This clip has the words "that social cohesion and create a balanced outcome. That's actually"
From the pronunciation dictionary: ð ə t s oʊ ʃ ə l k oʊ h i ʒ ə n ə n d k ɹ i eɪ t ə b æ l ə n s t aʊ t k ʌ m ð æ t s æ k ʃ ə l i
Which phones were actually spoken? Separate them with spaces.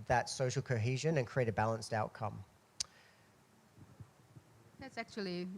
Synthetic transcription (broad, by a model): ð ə t s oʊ ʃ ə l k oʊ h i ʒ ə n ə n k ɹ i eɪ t ə b æ l ə n s t aʊ t k ʌ m ð æ t s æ k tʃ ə l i